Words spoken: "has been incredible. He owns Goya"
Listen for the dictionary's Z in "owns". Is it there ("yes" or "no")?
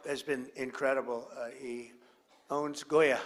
yes